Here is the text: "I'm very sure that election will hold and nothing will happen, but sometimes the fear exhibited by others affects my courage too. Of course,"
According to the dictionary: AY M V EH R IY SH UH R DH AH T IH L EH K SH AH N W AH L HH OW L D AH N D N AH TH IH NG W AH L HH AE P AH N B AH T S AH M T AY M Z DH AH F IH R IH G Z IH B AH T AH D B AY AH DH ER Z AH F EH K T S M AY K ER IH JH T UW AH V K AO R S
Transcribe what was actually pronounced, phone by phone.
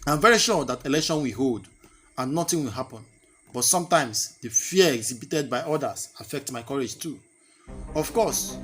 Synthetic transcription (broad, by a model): AY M V EH R IY SH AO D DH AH T IH L EH K SH AH N W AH HH OW L D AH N N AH T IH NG W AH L HH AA P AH N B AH T S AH M T AY M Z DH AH F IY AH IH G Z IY B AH T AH D B AY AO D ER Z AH F EH K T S M AY K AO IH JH T UW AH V K AO S